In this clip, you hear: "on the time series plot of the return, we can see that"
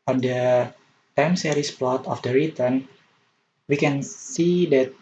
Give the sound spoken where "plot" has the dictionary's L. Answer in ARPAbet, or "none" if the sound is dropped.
L